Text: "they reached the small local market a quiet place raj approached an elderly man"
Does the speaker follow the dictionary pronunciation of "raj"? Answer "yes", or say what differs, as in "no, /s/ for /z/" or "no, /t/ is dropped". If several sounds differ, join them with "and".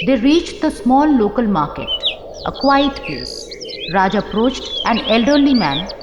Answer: yes